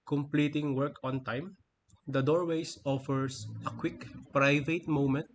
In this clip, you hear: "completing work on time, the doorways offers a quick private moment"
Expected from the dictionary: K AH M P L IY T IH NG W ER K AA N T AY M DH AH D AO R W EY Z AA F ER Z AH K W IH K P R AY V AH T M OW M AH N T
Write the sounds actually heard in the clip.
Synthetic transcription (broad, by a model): K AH M P L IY T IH NG W ER K AA N T AY M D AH D AO R W EY S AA F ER S AH K W IH K P R AY V AH T M OW M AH N T